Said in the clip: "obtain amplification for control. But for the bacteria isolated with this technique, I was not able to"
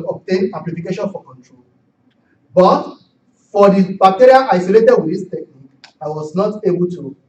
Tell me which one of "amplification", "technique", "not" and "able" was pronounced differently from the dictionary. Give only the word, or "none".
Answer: amplification